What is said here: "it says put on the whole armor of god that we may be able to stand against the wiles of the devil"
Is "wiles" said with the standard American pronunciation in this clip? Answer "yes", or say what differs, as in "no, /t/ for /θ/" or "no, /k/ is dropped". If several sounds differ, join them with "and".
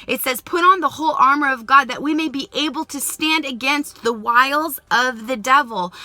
yes